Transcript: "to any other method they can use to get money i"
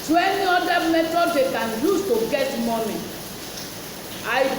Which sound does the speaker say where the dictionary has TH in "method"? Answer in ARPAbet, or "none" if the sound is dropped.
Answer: T